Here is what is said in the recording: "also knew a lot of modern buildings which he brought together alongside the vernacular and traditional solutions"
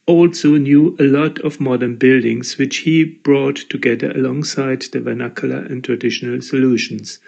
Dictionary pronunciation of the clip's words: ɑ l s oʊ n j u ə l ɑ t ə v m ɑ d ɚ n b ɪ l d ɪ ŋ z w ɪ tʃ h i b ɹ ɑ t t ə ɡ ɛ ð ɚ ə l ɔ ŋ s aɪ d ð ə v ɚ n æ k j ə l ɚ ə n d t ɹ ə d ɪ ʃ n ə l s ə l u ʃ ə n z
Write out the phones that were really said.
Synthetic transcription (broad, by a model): ɑ l s oʊ n j u ə l ɑ t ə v m ɑ d ɚ n b ɪ l d ɪ ŋ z w ɪ tʃ h i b ɹ ɑ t t ə ɡ ɛ ð ɚ ə l ɔ ŋ s aɪ d ð ə v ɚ n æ k j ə l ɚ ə n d t ɹ ə d ɪ ʃ n ə l s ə l u ʃ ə n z